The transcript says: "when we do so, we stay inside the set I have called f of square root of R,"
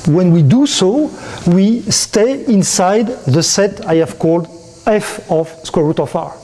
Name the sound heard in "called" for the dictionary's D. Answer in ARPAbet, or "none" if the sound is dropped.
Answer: D